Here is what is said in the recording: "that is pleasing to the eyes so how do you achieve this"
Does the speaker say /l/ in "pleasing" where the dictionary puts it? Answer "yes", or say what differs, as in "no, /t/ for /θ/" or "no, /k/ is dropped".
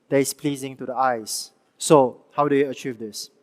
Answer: yes